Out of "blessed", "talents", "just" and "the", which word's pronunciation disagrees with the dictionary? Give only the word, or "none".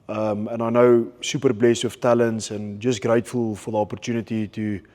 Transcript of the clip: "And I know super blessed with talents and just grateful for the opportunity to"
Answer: none